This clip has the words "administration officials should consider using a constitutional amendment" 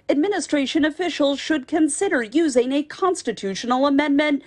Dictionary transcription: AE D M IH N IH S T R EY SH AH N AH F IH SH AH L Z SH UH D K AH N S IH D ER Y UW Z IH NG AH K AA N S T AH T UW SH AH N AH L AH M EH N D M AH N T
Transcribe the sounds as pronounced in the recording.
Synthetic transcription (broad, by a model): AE D M IH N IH S T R EY SH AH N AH F IH SH L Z SH UH D K AH N S IH D ER Y UW Z IH NG AH K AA N S T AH T UW SH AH N L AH M EH N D M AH N T